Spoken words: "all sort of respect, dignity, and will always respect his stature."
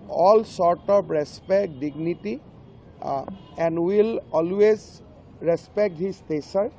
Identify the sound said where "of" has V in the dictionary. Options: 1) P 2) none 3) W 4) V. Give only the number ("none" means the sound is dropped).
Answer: 1